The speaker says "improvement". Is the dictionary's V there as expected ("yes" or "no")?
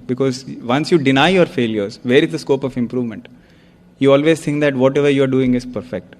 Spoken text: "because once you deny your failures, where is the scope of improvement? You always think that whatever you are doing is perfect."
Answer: yes